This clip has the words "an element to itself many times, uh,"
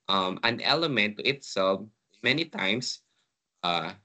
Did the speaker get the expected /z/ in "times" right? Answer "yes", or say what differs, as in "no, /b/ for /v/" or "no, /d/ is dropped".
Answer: no, /s/ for /z/